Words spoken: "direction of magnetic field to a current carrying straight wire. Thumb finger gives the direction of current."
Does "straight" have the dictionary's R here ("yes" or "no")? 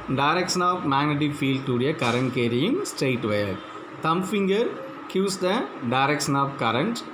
no